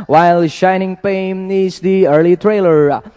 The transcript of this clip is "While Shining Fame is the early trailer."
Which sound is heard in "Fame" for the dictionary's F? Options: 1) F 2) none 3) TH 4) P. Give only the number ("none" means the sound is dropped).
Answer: 4